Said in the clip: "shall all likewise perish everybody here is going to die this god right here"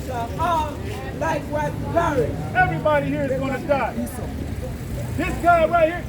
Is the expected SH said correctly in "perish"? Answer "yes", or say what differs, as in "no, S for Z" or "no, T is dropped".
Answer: no, SH is dropped